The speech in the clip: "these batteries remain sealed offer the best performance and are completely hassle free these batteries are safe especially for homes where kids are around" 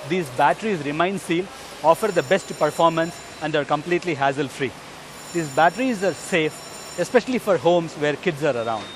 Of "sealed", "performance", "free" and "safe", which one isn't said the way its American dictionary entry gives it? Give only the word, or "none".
sealed